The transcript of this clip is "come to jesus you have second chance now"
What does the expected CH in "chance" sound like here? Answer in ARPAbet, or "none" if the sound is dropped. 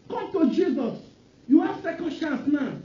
SH